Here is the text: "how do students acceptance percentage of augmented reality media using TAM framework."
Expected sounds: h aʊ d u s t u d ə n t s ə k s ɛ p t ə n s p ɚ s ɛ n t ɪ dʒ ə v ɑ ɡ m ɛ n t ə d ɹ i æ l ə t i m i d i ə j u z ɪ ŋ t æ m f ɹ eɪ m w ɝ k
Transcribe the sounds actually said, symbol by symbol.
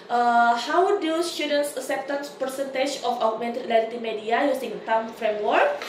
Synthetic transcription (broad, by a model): h aʊ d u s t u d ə n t s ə s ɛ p t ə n s p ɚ s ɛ n t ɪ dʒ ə f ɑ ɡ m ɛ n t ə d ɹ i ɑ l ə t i m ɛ d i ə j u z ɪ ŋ t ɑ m f ɹ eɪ m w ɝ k